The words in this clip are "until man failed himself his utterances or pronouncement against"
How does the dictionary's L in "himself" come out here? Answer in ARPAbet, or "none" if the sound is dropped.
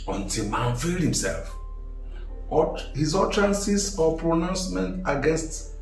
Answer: L